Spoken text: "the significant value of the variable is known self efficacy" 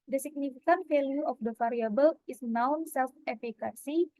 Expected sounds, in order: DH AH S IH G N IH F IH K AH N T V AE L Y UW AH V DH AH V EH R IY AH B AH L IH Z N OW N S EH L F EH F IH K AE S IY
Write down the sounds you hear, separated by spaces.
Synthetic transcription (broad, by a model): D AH S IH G N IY F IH K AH N T F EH L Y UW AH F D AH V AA R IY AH B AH L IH S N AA N S EH L F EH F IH K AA S IY